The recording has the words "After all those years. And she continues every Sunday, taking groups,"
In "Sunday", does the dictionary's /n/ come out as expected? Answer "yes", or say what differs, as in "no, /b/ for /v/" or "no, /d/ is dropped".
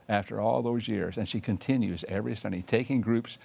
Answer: no, /n/ is dropped